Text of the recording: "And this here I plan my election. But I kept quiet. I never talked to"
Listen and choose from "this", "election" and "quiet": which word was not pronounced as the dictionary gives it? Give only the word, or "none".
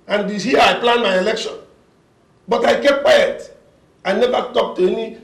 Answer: this